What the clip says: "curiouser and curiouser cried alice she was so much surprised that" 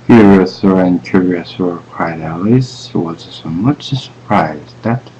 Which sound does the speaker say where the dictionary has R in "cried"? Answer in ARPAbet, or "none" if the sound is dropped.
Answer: W